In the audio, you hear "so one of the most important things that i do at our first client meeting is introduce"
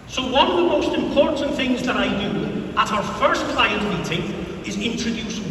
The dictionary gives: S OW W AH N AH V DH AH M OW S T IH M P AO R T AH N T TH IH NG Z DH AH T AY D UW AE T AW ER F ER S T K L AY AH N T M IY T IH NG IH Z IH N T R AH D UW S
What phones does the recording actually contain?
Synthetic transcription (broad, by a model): S OW W AH N AH V DH AH M OW S T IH M P AO R T N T TH IH NG Z DH AH T AY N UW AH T AW ER F ER S K L AY AH N T M IY T IH NG IH Z IH N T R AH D UW S